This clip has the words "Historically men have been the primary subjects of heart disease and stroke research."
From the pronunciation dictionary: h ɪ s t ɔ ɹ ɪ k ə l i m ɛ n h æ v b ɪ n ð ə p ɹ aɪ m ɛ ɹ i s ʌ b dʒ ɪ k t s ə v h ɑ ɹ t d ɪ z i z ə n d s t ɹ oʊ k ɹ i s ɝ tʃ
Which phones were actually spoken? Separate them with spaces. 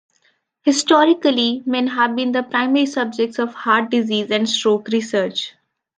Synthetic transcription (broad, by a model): h ɪ s t ɔ ɹ ɪ k ə l i m ɛ n h æ v b ɪ n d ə p ɹ aɪ m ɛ ɹ i s ʌ b dʒ ɪ k t s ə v h ɑ ɹ t d ɪ z i z ə n d s t ɹ oʊ k ɹ i s ɝ tʃ